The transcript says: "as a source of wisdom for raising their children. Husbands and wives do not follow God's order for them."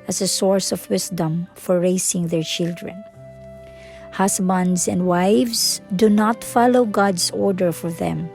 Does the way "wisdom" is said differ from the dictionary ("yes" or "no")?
yes